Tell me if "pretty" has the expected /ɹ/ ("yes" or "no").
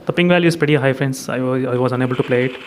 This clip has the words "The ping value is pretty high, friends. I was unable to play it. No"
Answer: no